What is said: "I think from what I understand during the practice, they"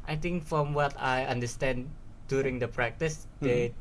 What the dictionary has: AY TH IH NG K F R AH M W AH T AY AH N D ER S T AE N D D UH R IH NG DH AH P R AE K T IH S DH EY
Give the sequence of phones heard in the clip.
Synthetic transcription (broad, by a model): AY T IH NG K F R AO M W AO T AY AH N D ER S T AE N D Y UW R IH NG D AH P R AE K T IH S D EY